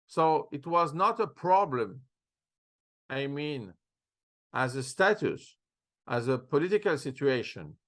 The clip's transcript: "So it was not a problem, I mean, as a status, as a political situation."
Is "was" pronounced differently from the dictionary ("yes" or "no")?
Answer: no